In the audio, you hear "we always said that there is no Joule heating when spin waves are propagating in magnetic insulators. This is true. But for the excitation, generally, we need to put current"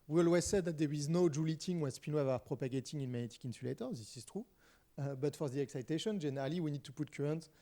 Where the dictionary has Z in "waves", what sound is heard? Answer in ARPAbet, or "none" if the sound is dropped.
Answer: none